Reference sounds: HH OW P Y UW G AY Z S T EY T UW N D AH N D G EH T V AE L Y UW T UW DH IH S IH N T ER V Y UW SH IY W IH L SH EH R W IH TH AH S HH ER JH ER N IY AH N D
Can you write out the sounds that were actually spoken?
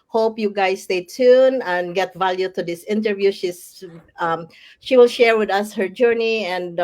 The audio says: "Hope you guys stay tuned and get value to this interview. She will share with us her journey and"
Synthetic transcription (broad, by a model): HH OW P Y UW G AY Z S T EY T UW N AH N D G EH T V AE L Y UW T UW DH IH S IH N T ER V Y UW SH IY W IH L SH EH R W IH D AH S HH ER JH ER N IY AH N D